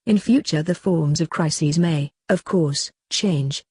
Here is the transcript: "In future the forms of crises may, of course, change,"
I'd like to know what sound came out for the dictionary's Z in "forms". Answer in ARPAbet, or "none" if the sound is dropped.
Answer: Z